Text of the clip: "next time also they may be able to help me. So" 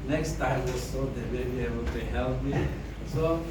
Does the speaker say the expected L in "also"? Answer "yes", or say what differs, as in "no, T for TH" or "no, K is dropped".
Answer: no, L is dropped